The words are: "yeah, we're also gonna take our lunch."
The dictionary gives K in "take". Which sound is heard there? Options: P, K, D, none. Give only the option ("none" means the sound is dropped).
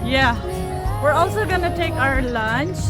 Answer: K